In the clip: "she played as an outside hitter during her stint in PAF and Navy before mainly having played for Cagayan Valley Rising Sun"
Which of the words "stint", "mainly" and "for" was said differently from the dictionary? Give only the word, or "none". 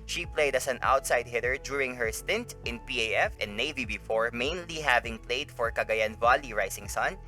none